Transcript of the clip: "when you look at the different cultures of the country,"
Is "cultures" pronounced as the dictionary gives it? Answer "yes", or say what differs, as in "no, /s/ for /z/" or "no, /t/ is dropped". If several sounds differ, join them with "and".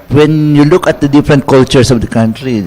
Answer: no, /s/ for /z/